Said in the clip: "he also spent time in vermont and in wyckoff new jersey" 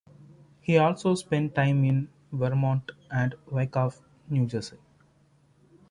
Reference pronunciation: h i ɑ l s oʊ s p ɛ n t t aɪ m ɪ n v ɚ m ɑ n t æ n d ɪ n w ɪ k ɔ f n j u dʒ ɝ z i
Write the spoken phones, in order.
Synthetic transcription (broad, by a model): h i ɑ l s oʊ s p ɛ n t t aɪ m ɪ n v ɚ m ɑ n t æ n d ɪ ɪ k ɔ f n j u dʒ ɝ s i